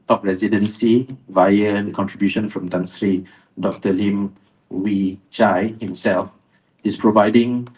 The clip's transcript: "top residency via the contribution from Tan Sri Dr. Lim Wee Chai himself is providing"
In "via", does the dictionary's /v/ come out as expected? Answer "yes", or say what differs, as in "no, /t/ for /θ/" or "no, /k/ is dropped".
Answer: yes